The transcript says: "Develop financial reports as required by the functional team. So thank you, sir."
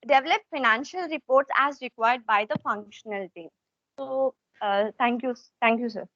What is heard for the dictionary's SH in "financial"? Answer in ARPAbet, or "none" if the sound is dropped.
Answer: SH